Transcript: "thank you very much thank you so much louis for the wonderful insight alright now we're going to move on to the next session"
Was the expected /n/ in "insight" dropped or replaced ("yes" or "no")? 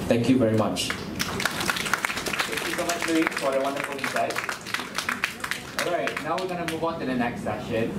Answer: yes